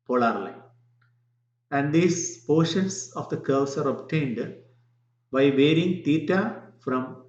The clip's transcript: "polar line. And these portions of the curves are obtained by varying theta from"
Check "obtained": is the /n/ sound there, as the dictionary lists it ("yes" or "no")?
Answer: yes